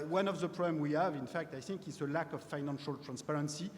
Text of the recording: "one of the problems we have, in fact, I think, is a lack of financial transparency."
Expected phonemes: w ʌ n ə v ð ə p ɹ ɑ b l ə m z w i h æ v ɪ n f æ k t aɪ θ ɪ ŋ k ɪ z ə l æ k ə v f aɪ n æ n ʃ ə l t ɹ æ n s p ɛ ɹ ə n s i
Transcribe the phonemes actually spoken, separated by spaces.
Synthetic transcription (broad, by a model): w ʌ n ə v ð ə p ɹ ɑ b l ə m w i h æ v ɪ n f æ k t aɪ θ ɪ ŋ k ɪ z ə l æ k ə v f aɪ n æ n ʃ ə l t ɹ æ n s p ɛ ɹ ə n s i